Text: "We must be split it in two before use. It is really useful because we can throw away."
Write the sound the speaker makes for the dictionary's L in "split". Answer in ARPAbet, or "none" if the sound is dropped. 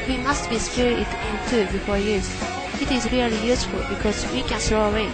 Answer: none